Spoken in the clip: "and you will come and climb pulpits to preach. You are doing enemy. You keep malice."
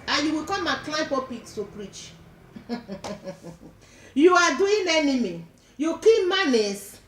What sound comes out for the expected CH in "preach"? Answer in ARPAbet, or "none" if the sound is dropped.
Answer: CH